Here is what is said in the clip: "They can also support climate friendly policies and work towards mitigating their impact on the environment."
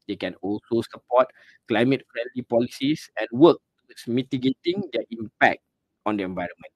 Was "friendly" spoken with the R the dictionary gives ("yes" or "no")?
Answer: yes